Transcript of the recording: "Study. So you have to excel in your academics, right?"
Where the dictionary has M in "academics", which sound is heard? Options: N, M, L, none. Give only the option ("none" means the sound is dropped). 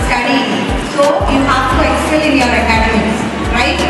none